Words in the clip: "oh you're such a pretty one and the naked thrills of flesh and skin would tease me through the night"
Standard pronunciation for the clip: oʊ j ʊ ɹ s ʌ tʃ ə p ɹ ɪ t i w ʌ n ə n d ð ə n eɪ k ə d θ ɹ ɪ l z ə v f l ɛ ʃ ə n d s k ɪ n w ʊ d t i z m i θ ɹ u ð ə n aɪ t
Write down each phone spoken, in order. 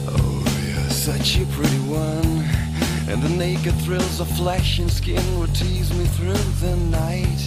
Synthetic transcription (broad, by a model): oʊ j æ s ʌ tʃ ə p ɹ ɪ t i w ʌ n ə n ð ə n eɪ k ə d θ ɹ ɪ l z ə f l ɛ ʃ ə n s k ɪ n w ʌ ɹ t i z m i θ ɹ u ð ə n aɪ t